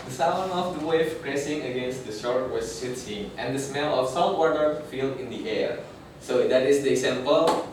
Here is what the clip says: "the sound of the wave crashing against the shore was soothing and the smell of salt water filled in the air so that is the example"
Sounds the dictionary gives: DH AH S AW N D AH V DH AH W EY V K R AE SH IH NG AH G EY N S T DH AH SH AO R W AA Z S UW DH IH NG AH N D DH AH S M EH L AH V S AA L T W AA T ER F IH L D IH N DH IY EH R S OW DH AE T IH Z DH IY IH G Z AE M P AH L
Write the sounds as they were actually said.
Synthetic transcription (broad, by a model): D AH S AW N AH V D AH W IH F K R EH S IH NG AH G EY N S T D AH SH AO R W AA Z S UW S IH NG AH N D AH S M EH L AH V S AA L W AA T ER F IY L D IH N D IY EH R S OW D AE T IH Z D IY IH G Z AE M P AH L